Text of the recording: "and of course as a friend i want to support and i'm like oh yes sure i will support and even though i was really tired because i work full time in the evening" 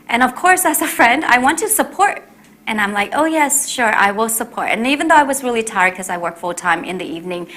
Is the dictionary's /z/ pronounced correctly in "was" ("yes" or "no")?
yes